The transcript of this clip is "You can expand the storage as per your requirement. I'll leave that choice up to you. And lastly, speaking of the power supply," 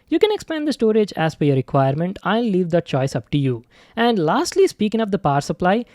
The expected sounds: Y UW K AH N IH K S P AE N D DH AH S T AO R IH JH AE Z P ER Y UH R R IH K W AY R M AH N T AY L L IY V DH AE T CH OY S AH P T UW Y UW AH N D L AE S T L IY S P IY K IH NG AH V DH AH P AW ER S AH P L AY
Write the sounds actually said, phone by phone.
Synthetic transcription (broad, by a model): Y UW K AH N IH K S P AE N D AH S T AO R IH JH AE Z F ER Y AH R R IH K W AY R M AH N T AY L L IY V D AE T CH OY S AH P T UW Y UW AH N D L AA S T L IY S P IY K IH NG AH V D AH P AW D S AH P L AY